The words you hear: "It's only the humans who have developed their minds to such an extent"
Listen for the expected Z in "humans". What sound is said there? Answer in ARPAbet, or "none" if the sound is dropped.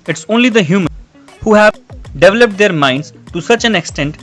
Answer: none